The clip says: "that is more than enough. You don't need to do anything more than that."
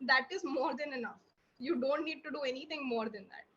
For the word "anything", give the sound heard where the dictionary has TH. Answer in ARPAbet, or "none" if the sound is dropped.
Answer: T